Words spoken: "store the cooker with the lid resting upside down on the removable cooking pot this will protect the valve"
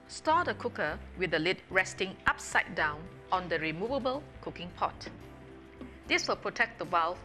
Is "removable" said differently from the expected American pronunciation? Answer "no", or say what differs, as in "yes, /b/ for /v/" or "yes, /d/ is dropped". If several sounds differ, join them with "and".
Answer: no